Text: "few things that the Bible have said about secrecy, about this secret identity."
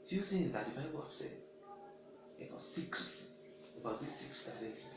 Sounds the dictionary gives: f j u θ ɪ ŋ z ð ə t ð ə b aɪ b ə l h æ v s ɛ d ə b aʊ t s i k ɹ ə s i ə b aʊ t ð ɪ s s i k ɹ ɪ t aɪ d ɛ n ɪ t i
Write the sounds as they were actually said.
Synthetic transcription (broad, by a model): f j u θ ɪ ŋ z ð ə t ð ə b aɪ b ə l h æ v s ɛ ə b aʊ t s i k ɹ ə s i ə b aʊ t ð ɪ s s i k ɹ ɪ t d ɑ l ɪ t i